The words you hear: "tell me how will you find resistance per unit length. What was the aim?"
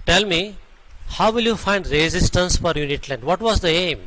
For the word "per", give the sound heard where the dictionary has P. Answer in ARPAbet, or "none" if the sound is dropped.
F